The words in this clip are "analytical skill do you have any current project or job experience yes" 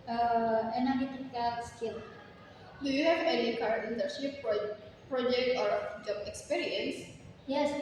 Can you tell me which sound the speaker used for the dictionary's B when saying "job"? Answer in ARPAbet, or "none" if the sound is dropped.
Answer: none